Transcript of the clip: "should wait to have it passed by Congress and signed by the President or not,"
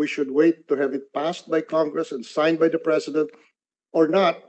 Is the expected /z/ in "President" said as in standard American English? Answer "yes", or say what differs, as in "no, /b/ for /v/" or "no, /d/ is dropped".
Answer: no, /s/ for /z/